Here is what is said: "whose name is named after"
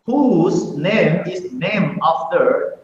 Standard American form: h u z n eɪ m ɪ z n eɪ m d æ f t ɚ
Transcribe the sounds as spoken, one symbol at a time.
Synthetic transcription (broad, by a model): h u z n eɪ m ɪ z n eɪ m ɑ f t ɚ